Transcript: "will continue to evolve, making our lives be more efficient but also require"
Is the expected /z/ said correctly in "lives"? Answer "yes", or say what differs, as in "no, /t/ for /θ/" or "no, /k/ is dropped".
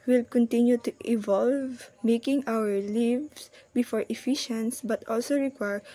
no, /s/ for /z/